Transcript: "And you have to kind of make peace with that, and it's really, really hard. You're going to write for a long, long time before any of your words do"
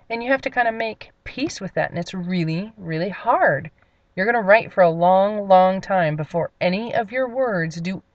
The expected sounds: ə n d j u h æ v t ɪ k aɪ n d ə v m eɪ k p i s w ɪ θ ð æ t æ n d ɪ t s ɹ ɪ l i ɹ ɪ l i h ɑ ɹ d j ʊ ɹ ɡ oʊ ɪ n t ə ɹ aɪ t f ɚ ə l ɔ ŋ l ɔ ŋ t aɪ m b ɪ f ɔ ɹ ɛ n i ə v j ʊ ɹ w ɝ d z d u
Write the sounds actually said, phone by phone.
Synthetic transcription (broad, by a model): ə n j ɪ h æ f t ɪ k aɪ n d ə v m eɪ k p i s w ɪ ð æ t n ɪ t s ɹ ɪ l i ɹ ɪ l i h ɑ ɹ d j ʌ ɹ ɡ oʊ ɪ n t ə ɹ aɪ t f ɚ ə l ɔ ŋ l ɔ ŋ t aɪ m b ɪ f ɔ ɹ ɛ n i ə v j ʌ ɹ w ɝ d z d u